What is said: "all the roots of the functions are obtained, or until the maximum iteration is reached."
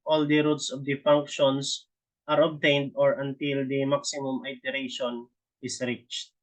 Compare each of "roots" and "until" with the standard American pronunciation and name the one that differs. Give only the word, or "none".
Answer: none